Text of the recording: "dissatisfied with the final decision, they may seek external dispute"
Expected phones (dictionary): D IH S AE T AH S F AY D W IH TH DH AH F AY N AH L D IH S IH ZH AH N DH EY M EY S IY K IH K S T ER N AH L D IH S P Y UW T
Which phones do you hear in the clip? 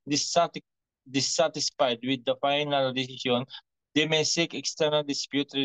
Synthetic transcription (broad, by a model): D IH S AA T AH S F AY D W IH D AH F AY N AH L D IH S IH SH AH N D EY M EY S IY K IH K S T ER N AH L D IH S P Y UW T